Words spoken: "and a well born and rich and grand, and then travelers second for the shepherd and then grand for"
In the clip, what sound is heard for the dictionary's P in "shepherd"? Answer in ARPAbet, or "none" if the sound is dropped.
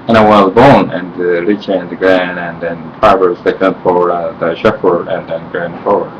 F